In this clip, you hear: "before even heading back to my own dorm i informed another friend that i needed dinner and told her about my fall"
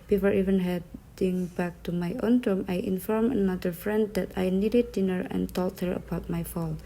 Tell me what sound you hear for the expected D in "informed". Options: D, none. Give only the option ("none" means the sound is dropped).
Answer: none